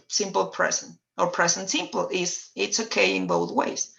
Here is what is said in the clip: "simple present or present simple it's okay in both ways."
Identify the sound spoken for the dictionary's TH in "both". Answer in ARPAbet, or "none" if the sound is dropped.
TH